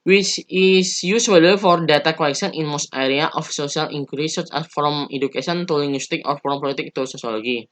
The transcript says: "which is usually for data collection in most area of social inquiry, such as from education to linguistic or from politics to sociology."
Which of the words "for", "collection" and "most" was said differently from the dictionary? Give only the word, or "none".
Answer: collection